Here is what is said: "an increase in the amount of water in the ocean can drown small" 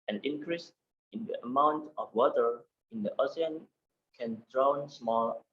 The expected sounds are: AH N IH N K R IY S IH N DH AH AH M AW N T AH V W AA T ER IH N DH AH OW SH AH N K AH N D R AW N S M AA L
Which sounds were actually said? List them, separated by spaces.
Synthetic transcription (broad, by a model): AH N IH N K R IY S IH N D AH AH M AW N T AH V W AA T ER IH N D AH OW S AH N K AH N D R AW N S M AA L